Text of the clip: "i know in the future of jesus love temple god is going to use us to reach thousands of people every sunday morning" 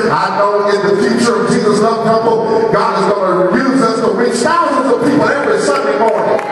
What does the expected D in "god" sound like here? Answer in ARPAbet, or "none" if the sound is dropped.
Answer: D